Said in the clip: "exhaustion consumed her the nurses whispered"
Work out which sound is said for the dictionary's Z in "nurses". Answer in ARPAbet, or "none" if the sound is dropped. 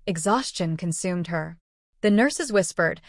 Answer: Z